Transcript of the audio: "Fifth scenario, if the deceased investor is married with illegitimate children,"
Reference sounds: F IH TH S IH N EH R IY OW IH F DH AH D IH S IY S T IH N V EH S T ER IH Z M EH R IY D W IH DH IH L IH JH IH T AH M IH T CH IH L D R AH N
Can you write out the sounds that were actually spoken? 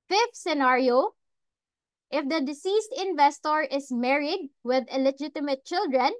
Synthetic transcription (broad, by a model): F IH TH S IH N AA R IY OW IH F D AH D IH S IY S T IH N V EH S T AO IH S M EH R IY D W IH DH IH L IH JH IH T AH M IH T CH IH L D R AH N